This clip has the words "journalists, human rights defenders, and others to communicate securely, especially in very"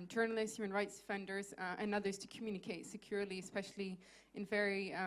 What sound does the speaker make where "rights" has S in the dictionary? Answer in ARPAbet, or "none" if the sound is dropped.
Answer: S